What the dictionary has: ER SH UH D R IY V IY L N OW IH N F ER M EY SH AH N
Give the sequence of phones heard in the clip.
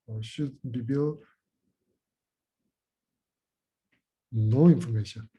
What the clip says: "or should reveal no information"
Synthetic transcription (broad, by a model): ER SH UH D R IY B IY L N OW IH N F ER M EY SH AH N